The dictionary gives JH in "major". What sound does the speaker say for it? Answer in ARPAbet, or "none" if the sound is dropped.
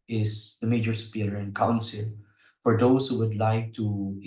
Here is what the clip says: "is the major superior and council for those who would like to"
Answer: JH